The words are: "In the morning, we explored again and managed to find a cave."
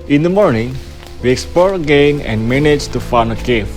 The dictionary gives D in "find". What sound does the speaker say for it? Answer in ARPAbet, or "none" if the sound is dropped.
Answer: none